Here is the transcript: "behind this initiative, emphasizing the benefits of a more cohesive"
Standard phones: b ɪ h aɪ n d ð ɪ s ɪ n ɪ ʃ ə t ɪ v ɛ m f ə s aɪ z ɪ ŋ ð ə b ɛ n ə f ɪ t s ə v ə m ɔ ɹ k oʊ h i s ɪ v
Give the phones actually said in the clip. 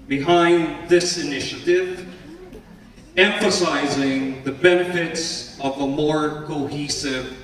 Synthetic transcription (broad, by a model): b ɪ h aɪ n ð ɪ s ɪ n ɪ ʃ ə t ɪ v ɛ m f ə s aɪ z ɪ ŋ ð ə b ɛ n ə f ɪ t s ə v ə m ɔ ɹ k oʊ h i s ɪ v